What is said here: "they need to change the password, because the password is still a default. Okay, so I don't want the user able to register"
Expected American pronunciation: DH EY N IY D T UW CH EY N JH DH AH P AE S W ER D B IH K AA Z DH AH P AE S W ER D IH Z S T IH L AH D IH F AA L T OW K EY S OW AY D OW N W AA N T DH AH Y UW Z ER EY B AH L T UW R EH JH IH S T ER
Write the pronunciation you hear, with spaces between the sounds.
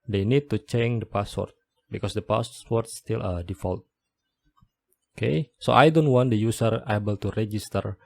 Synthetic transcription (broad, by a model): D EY N IY D T UW CH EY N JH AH P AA S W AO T B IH K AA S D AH P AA S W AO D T S T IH L AH D IH F AA L T OW K EY S OW AY D OW N W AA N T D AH Y UW S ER EY B AH L T UW R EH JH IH S T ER